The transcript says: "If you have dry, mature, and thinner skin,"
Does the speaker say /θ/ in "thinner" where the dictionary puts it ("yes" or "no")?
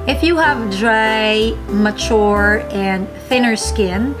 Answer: yes